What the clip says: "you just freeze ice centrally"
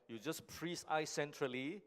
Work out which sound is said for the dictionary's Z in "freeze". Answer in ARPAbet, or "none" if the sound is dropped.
S